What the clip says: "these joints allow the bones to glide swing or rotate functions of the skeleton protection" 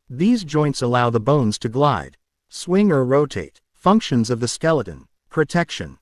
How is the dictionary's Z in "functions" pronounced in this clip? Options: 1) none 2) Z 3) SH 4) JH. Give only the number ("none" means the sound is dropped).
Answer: 2